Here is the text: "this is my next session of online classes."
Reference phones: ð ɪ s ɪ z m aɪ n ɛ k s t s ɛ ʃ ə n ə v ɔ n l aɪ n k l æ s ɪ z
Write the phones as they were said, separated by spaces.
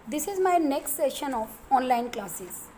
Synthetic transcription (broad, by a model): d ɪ s ɪ z m aɪ n ɛ k s t s ɛ ʃ ə n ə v ɔ n l aɪ n k l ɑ s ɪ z